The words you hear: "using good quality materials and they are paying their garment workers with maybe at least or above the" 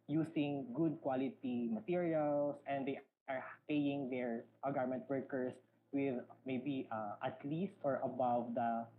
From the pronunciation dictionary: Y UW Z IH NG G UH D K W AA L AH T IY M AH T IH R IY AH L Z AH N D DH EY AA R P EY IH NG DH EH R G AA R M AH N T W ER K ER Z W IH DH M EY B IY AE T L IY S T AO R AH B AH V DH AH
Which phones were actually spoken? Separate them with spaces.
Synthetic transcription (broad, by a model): Y UW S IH NG G UH D K W AA L AH T IY M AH T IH R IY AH L S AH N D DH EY AA R P EY IH NG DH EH R G AA R M AH N T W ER K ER S W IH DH M EY B IY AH T L IY S T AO R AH B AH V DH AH